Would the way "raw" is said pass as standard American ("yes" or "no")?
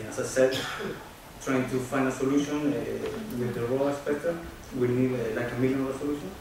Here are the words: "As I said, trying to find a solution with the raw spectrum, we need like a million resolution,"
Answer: no